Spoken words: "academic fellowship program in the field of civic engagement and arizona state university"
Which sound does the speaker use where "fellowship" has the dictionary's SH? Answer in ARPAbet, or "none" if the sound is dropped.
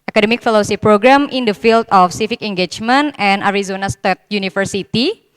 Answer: S